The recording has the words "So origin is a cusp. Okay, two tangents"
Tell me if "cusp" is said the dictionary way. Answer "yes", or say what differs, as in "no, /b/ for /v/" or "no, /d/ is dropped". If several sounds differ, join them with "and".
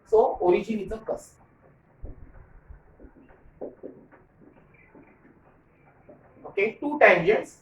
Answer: no, /p/ is dropped